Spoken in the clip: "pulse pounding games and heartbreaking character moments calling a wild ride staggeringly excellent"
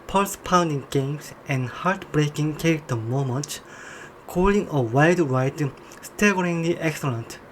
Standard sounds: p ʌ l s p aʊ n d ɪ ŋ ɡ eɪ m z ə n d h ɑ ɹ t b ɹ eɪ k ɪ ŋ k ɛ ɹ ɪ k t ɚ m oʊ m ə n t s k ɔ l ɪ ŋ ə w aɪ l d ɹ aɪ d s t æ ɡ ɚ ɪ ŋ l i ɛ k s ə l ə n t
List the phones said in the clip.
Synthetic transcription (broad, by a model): p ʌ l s p aʊ n d ɪ ŋ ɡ eɪ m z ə n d h ɑ ɹ t b ɹ eɪ k ɪ ŋ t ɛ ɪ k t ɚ m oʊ m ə n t k ɔ l ɪ ŋ ə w aɪ d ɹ aɪ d s t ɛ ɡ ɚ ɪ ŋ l i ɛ k s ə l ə n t